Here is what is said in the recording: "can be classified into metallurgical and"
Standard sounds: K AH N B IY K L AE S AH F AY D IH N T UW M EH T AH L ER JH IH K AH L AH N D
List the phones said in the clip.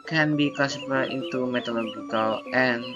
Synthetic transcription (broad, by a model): K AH N B IY K AO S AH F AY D IH N T UW M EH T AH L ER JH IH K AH L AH N